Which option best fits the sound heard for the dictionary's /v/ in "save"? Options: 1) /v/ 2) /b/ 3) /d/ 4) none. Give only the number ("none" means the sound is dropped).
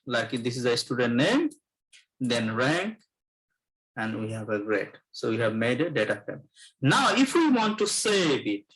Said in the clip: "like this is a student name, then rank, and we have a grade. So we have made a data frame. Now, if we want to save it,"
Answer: 2